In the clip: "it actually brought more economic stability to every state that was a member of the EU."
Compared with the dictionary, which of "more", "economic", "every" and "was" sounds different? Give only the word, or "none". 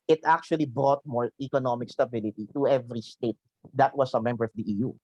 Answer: was